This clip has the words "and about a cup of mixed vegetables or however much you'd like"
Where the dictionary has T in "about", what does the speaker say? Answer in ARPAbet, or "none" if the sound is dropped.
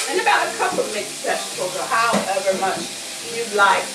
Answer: T